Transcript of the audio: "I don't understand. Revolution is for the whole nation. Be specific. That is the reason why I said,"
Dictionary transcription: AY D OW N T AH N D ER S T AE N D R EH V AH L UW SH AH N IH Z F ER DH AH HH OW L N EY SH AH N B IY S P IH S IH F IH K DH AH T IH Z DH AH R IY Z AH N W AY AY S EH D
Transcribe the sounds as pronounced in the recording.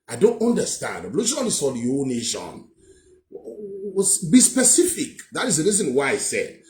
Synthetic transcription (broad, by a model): AY D OW N T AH N D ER S T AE N D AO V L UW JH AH IH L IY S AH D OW N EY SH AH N B IY S P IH S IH F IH K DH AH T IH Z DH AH R IY Z AH N W AY AY S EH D